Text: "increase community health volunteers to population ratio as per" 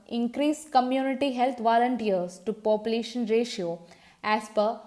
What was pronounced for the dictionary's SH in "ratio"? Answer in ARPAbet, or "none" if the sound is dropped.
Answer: SH